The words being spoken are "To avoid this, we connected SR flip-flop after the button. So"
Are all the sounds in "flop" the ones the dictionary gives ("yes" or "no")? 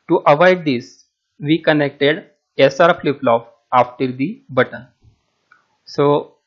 no